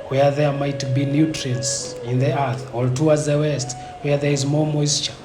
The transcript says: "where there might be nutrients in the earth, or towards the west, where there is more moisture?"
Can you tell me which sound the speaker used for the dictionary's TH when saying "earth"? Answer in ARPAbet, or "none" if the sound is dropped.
TH